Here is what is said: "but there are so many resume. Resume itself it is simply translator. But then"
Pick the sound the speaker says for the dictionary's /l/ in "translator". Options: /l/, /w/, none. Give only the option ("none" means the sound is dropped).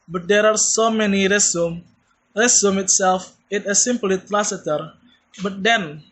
none